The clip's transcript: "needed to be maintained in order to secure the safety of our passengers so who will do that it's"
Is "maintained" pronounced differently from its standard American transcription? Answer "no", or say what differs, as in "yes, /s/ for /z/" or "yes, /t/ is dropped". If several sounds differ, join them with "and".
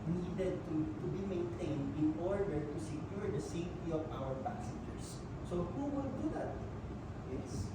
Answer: no